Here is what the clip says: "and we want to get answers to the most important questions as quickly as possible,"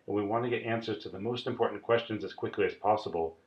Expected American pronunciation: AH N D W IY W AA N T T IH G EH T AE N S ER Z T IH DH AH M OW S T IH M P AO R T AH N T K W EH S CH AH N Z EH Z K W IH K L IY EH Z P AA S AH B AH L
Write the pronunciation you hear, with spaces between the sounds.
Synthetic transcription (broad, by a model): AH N W IY W AA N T T IH G EH T AE N S ER Z T IH DH AH M OW S T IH M P AO R T N K W EH S CH AH N Z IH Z K W IH K L IY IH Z P AA S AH B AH L